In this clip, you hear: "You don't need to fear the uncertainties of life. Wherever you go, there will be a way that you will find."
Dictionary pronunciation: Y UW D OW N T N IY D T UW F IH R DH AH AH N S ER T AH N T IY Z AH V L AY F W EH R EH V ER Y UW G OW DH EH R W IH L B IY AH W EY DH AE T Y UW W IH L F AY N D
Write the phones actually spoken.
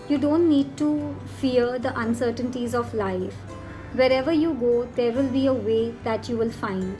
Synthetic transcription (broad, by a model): Y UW D OW N T N IY D T UW F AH R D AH AH N S ER T AH N T IY Z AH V L AY F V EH R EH V ER Y UW G OW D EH R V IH L B IY AH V EY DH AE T Y UW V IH L F AY N D